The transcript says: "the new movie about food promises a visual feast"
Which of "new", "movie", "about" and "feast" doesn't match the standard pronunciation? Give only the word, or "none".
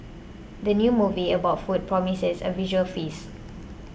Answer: feast